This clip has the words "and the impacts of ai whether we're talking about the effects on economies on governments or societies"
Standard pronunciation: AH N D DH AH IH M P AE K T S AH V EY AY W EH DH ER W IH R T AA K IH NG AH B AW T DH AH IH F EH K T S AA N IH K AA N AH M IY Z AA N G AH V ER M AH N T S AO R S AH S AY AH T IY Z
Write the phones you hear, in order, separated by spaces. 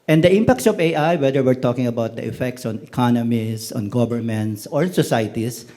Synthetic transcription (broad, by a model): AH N D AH IH M P AE K T S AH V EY AY W EH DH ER W IH R T AA K IH NG AH B AW T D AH IH F EH K T S AA N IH K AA N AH M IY S AA N G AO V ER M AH N T S AO R S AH S AY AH T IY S